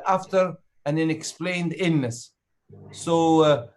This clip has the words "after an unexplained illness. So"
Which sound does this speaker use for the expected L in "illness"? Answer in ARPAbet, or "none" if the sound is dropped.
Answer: none